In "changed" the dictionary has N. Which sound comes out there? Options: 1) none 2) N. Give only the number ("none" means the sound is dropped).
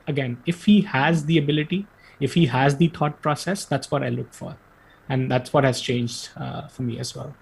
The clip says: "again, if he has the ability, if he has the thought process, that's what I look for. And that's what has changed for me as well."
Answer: 2